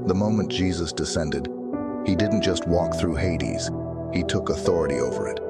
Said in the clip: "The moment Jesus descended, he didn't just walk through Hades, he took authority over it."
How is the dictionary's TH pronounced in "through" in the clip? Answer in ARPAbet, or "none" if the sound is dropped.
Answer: TH